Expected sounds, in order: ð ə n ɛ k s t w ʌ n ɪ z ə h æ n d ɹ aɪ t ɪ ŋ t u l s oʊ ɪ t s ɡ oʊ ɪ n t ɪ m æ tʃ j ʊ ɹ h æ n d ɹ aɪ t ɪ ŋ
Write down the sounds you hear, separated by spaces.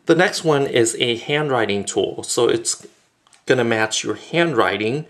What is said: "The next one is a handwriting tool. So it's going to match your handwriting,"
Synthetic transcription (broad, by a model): ð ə n ɛ k s t w ʌ n ɪ z ə h æ n d ɹ aɪ t ɪ ŋ t u l s oʊ ɪ t s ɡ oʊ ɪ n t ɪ m æ tʃ j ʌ ɹ h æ n d ɹ aɪ t ɪ ŋ